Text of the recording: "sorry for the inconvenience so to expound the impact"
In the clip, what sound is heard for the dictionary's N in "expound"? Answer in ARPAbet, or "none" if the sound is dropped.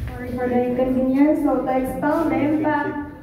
L